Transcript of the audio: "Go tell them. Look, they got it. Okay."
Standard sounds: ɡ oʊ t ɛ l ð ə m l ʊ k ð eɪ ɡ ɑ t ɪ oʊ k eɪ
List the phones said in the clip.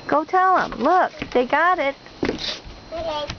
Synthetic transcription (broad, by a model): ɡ oʊ t ɛ l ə m l ʊ k ð eɪ ɡ ɑ t ɪ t